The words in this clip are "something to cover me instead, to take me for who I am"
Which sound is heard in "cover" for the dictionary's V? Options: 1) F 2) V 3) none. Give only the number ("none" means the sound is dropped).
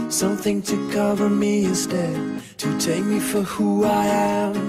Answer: 2